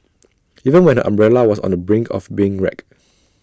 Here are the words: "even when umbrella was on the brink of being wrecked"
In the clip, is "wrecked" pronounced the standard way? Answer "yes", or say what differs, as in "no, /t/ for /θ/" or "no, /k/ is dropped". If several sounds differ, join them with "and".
no, /t/ is dropped